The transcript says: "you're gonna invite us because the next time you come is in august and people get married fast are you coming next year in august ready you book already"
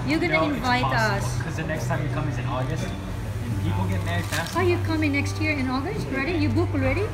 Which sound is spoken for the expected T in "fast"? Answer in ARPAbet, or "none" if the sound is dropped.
none